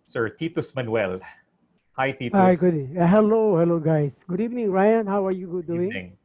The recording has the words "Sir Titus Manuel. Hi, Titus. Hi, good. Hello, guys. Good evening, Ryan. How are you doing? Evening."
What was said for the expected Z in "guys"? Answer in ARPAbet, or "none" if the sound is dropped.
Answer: S